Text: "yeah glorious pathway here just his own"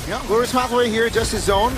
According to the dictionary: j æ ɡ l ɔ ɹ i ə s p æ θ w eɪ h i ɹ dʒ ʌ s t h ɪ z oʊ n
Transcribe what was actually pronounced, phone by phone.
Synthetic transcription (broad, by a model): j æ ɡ ɔ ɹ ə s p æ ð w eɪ h i ɹ dʒ ʌ s t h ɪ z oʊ n